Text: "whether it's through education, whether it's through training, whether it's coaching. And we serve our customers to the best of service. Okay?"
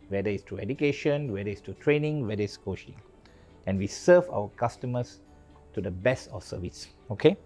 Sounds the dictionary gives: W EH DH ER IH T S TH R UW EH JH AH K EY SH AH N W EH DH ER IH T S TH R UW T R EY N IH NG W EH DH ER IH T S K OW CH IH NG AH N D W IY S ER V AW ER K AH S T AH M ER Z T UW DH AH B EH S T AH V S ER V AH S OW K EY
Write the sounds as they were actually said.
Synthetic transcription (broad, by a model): W EH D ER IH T S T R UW EH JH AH K EY SH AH N W EH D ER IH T S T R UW T R EY N IH NG W EH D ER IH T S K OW SH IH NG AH N W IY S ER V AW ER K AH S T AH M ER S T UW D AH B EH S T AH F S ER V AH S OW K EY